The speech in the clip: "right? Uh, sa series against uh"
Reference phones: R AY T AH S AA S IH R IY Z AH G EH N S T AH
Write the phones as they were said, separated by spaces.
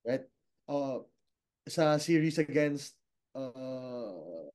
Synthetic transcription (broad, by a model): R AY T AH S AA S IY R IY S AH G EH N S T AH